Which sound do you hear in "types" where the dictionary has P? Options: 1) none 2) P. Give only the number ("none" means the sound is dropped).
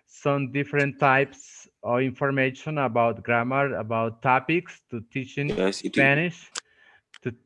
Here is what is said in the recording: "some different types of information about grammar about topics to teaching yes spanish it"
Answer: 2